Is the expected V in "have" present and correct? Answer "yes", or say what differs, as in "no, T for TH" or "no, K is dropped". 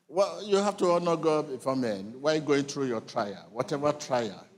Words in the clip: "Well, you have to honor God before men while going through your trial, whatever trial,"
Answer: no, F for V